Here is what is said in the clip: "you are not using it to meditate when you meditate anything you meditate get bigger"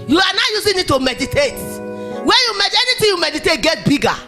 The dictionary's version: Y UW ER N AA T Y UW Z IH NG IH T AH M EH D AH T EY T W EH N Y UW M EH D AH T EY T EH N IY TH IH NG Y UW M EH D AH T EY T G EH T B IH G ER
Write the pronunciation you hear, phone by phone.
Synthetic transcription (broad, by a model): Y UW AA N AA Y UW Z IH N IH T AH M EH D AH T EY T W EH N Y UW M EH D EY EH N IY T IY Y UW M EH D AH T EY T G EH T B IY G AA